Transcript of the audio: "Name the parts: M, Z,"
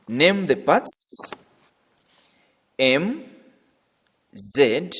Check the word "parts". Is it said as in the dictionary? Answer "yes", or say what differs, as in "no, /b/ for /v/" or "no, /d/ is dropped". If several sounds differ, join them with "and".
no, /b/ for /p/